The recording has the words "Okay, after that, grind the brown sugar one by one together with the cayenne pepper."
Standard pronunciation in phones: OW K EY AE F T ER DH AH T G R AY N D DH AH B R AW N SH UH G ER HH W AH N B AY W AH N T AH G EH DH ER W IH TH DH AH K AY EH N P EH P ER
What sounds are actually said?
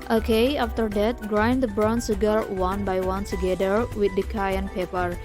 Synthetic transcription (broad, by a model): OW K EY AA F T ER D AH T G R AY N D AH B R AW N S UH G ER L W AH N B AY W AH N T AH G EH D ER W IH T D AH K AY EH N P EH P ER